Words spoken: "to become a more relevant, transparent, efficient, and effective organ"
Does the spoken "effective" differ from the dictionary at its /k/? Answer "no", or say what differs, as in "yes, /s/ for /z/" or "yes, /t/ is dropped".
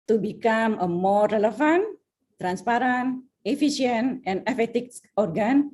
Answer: yes, /k/ is dropped